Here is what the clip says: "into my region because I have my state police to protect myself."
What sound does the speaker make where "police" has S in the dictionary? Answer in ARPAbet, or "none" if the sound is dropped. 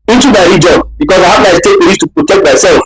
none